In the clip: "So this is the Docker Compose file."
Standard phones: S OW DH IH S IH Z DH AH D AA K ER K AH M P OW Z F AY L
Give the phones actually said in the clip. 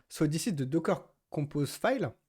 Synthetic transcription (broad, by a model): S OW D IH S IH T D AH D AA K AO K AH P OW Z F AY L